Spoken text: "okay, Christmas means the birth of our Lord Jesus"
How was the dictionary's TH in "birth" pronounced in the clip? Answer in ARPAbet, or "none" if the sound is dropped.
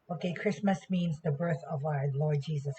TH